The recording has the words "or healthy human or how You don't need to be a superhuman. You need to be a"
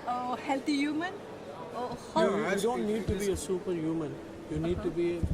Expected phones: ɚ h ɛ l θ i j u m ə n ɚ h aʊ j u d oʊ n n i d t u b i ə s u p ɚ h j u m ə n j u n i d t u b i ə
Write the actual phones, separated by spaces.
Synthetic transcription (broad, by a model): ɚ h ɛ l t i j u m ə n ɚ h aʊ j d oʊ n n i d t u b i ə s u p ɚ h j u m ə n j u n i d t u b i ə